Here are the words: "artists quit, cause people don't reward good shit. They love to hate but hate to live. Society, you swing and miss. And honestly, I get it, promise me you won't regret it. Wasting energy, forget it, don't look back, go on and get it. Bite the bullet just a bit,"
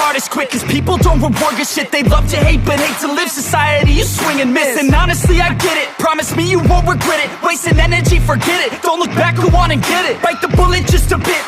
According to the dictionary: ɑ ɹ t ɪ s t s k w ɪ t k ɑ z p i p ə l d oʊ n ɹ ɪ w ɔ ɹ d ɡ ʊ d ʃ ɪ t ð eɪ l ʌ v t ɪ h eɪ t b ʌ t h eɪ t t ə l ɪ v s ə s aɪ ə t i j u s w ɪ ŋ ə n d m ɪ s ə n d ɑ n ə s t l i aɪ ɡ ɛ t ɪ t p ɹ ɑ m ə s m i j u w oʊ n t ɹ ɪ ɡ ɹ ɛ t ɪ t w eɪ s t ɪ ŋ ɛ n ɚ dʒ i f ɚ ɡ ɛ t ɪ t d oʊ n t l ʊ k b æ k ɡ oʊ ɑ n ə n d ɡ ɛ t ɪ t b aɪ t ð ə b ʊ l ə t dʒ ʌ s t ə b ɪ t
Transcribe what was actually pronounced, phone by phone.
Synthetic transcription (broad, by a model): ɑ ɹ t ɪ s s k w ɪ k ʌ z p i p l d oʊ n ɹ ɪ w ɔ ɹ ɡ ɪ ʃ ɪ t ð eɪ l ʌ v t ɪ h eɪ t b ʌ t h eɪ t t ə l ɪ v s ə s aɪ ə t i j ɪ s w ɪ ŋ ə n m ɪ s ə n ɑ n ə s t l i aɪ ɡ ɛ t ɪ t p ɹ ɑ m ə s m i j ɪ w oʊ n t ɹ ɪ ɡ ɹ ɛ t ɪ t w eɪ s t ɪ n ɛ n ɚ dʒ i f ɚ ɡ ɛ t ɪ t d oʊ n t l ʊ k b æ k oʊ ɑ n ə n ɡ ɛ t ɪ t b aɪ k ð ə b ʊ l ə t dʒ ʌ s t ə b ɪ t